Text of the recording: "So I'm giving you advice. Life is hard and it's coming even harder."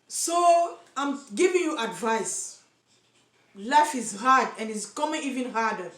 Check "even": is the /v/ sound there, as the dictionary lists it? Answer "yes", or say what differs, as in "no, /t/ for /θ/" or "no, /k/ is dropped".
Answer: yes